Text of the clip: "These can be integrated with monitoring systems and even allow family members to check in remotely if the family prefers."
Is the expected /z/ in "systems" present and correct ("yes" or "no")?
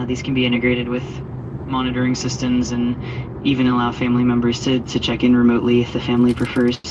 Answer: yes